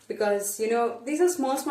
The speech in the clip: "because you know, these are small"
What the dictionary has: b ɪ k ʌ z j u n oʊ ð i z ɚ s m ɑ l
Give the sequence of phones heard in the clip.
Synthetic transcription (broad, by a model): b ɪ k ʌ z j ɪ n oʊ ð i z ɚ s m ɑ l